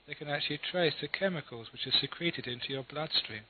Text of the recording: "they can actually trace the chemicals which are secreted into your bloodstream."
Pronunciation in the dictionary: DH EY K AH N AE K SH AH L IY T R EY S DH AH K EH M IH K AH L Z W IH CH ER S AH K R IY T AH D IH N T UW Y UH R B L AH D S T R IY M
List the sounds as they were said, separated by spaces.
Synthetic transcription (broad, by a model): DH EY K AH N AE K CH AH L IY T R EY S DH AH K EH M IH K AH L Z W IH CH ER S AH K R IY T AH D IH N T UW Y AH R B L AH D S T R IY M